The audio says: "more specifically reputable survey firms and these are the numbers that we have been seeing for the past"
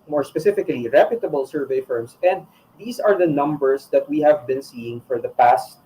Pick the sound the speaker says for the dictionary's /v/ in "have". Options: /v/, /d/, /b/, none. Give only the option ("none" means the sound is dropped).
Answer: /v/